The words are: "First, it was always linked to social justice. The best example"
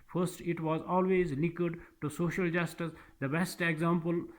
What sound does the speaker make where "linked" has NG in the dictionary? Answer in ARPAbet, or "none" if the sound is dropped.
none